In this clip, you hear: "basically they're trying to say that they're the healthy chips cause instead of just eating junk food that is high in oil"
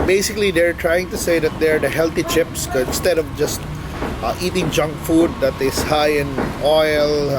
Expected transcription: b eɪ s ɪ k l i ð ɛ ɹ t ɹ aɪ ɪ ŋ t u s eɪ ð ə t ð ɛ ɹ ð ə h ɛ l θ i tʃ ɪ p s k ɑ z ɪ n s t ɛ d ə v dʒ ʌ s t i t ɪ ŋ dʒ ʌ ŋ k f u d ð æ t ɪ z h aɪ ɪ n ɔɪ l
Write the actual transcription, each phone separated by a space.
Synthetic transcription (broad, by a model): b eɪ s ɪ k l i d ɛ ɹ t ɹ aɪ ɪ ŋ t u s eɪ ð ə t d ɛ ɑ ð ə h ɛ l t i tʃ ɪ p s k ɪ n s t ɛ d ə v dʒ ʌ s t i t ɪ ŋ dʒ ʌ ŋ k f u d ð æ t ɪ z h aɪ ɪ n ɔɪ l